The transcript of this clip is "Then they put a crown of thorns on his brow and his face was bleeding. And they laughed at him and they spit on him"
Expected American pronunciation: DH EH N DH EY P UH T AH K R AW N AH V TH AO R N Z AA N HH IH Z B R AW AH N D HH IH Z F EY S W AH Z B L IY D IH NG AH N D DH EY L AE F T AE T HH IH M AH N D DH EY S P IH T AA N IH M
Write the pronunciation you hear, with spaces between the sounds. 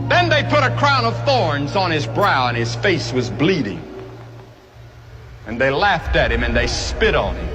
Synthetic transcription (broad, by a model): DH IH N DH EY P UH T AH K R AW N AH V TH AO R N Z N IH Z B R AW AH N IH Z F EY S W AH Z B L IY D IH NG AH N DH EY L AE F T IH T HH IH M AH N DH EY S P IH T N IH M